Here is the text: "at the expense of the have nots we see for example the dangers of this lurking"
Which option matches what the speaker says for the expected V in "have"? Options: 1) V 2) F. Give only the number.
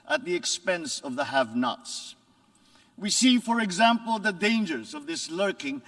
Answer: 1